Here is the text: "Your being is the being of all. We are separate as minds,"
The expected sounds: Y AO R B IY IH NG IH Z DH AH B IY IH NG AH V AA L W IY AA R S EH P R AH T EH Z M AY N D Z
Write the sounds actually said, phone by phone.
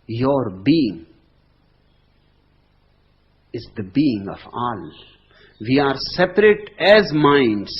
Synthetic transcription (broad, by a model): Y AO R B IY IH NG IH Z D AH B IY IH NG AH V AA L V IY AA R S EH P R AH T EH Z M AY N D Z